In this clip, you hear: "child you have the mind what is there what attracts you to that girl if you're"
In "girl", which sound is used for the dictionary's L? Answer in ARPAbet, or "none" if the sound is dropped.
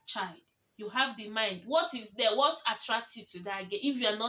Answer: N